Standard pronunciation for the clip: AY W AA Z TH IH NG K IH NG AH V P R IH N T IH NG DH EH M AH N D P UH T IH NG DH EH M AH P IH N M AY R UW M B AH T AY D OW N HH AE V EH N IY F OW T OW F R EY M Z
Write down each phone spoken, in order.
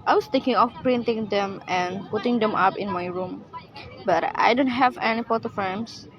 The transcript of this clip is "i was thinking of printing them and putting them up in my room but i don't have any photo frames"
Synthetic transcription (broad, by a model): AY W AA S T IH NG K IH NG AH F P R IH N T IH NG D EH M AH N P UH T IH NG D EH M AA P IH N M AY R UW M B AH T AY D OW N HH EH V EH N IY P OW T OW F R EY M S